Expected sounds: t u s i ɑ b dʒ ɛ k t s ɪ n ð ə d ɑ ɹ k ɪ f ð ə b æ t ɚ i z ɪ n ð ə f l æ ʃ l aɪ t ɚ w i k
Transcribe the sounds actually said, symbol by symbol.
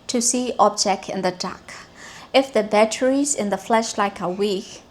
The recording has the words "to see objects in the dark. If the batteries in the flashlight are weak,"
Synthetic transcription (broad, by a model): t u s i ɑ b dʒ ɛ k t ɪ n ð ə d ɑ k ɪ f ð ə b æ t ɚ i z ɪ n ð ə f l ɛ ʃ l aɪ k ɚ w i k